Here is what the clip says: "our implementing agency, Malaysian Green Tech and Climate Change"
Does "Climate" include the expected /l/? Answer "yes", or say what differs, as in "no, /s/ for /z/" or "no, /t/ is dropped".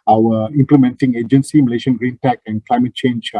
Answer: yes